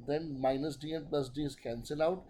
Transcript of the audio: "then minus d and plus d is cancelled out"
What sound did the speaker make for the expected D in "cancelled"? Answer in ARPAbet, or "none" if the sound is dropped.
none